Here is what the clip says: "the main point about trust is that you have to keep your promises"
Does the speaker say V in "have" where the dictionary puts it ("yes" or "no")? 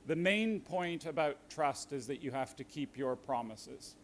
no